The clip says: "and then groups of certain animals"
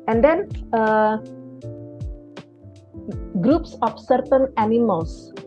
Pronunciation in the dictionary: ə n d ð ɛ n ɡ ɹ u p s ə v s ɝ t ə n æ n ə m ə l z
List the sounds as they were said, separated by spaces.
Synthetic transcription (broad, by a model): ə n d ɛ n ɡ ɹ u p s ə f s ɝ t ə n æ n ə m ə l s